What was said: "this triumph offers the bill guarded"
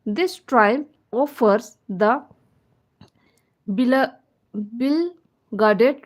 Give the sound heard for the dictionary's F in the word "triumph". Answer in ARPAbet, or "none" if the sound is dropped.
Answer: none